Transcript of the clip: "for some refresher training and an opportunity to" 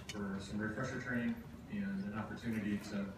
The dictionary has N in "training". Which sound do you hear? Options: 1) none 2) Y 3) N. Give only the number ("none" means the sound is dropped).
1